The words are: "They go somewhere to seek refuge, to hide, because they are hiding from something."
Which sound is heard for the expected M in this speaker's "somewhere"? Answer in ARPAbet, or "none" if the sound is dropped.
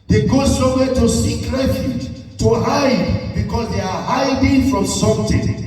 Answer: none